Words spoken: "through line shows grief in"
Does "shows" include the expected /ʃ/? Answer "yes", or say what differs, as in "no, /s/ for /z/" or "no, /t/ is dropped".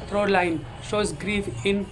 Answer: yes